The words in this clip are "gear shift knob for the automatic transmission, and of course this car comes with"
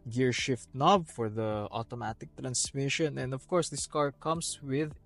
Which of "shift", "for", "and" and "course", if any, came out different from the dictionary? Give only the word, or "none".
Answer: none